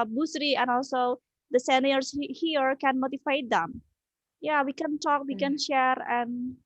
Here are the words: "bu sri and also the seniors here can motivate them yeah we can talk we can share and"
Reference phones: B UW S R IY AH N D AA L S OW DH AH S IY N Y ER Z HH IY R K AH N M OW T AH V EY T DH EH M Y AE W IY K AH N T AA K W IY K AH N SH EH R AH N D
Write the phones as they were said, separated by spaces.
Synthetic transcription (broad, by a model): B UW S R IY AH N AA L S OW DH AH S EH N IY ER S HH IY R K AH N M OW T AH F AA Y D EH M Y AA W IY K AH N T AA K W IY K AH N SH EH R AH N